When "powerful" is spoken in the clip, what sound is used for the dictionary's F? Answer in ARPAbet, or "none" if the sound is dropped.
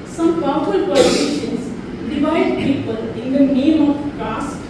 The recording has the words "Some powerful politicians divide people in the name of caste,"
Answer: none